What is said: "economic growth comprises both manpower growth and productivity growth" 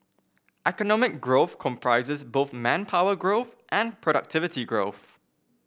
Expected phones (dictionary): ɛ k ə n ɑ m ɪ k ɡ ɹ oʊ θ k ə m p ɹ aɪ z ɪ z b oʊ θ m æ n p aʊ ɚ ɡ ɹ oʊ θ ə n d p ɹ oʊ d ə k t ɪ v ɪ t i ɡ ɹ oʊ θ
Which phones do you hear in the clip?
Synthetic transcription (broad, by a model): ɛ k ə n ɑ m ɪ k ɡ ɹ oʊ θ k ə m p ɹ aɪ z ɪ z b oʊ θ m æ n p aʊ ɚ ɡ ɹ oʊ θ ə n p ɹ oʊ d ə k t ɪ v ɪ t i ɡ ɹ oʊ θ